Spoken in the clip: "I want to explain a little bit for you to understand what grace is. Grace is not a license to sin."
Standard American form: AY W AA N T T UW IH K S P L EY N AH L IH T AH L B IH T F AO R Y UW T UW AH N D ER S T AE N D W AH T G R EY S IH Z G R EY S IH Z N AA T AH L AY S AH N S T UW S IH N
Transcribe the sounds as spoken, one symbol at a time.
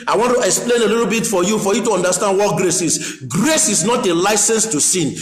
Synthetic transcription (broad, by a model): AY W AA N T T UW IH K S P L EY N AH L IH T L B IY T F AO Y Y UW T UW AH N D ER S T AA N D W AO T G R EY S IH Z G R EY S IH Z N AA T AH L AY S AH N S T UW S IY N